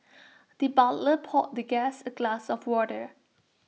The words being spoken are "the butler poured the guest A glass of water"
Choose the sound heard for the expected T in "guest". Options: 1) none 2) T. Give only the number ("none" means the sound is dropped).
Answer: 1